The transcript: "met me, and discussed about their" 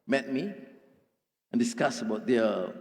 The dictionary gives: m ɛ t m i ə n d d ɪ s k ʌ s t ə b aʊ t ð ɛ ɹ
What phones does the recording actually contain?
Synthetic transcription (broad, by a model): m ɛ t m i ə n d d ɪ s k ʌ s ə b aʊ t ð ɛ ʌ